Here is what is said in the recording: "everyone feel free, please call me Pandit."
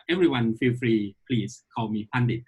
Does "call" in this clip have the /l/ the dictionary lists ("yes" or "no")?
no